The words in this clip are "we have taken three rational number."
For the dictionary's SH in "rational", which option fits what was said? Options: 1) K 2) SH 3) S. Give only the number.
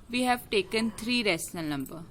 3